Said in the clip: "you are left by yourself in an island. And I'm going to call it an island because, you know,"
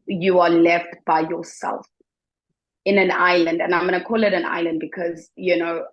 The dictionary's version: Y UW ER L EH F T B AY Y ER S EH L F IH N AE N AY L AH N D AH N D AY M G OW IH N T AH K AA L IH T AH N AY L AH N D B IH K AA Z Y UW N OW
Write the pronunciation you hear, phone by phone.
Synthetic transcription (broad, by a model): Y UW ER L EH F T B AY Y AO S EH L F IH N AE N AY L AH N D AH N AY M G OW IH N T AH K AA L IH T AH N AY L AH N D B IH K AA Z Y UW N OW